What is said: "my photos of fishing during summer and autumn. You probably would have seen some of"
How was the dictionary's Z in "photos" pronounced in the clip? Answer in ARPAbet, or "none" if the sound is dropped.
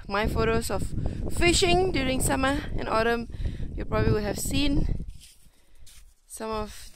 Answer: S